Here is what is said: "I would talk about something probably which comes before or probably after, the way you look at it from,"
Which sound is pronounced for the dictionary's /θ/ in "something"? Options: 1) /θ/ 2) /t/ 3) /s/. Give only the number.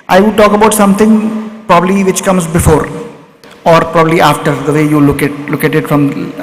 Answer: 2